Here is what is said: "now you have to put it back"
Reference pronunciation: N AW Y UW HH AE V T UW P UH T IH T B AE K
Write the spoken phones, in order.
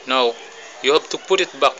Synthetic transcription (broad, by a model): N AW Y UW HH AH B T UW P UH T IH T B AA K